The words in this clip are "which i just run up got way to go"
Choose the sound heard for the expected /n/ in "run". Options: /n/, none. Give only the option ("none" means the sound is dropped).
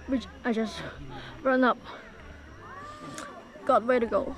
/n/